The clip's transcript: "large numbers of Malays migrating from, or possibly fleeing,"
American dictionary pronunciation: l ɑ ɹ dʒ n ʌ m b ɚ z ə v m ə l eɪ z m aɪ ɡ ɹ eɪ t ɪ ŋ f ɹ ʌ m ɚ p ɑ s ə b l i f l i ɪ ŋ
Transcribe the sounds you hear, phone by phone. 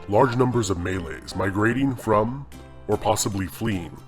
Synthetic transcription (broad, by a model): l ɑ ɹ dʒ n ʌ m b ɚ z ə v m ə l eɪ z m aɪ ɡ ɹ eɪ t ɪ ŋ f ɹ ʌ m ɚ p ɑ s ə b l i f l i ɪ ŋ